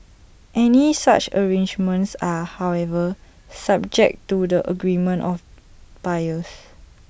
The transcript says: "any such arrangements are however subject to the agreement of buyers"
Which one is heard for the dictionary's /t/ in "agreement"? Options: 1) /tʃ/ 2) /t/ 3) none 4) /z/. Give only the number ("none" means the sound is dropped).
2